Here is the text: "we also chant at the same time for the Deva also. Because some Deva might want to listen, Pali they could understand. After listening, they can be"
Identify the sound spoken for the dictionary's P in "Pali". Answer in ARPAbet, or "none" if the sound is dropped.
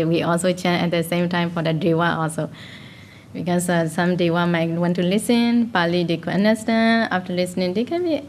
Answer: P